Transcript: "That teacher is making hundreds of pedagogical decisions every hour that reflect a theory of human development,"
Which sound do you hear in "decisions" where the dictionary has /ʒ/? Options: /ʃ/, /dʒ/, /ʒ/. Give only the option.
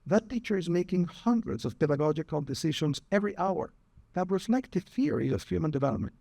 /ʃ/